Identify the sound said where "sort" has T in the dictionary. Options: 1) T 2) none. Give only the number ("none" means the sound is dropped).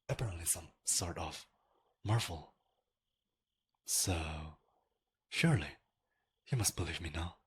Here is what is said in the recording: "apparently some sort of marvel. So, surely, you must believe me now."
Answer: 1